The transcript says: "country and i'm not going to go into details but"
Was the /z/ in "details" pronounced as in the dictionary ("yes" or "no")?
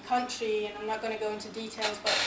yes